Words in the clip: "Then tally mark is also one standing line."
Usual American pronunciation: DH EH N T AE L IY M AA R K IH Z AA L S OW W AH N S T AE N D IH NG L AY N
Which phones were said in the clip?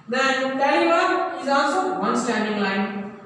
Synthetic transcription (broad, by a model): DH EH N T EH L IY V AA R IH Z AA L S OW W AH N S T AE N D IH NG L AY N